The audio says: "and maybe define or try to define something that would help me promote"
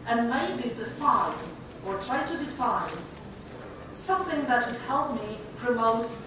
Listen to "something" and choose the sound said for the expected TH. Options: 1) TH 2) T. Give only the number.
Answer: 1